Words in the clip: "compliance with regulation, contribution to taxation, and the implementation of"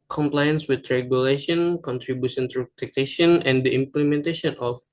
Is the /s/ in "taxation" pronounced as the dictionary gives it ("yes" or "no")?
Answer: no